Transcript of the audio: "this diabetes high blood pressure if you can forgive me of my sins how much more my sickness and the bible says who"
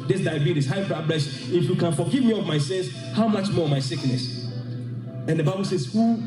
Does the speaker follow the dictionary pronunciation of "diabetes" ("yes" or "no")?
no